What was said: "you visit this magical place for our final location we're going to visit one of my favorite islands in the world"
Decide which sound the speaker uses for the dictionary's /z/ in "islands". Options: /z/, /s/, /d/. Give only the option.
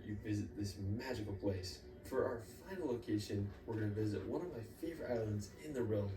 /z/